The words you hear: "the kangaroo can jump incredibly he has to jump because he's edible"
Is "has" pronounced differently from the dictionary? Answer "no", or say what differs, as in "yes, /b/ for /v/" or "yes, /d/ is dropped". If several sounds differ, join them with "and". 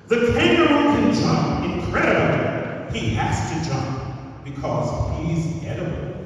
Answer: yes, /s/ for /z/